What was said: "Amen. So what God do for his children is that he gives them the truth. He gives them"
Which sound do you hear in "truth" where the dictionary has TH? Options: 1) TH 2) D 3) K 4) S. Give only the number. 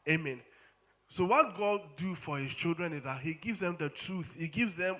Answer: 1